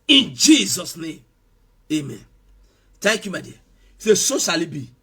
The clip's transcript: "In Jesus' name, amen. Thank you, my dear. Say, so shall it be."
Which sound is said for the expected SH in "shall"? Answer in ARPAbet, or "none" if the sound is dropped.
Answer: S